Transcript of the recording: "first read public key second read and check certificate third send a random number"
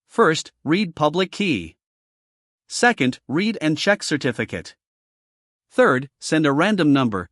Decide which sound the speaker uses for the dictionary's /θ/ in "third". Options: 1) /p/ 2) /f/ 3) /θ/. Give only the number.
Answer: 3